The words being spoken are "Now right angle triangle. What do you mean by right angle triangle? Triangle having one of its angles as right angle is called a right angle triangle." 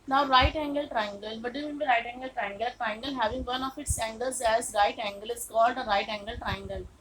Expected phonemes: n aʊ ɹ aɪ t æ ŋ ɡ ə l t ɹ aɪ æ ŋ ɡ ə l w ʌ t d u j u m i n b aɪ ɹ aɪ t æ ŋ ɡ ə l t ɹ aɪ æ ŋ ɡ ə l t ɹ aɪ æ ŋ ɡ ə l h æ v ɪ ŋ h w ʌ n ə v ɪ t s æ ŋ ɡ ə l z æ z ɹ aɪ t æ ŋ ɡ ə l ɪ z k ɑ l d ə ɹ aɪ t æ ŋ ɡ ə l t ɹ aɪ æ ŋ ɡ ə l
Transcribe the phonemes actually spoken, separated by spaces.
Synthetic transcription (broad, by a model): n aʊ ɹ aɪ t æ ŋ ɡ ə l t ɹ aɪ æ ŋ ɡ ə l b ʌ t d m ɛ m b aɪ ɹ aɪ t æ ŋ ɡ ə l t ɹ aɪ ŋ ɡ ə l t ɹ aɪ ŋ ɡ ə l h æ v ɪ ŋ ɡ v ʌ n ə f ɪ t s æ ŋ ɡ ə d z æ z ɹ aɪ t æ ŋ ɡ ə l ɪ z k ɑ l d ə ɹ aɪ t æ ŋ ɡ ə l t ɹ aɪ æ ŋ ɡ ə l